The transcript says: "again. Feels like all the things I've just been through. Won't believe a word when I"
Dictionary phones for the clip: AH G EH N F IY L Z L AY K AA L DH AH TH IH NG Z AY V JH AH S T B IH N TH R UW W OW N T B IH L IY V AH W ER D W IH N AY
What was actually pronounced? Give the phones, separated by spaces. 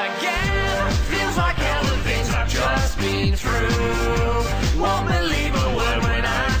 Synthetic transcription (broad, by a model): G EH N F IY L Z L AY K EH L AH F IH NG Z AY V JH AH S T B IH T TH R UW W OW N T B IH L IY V AH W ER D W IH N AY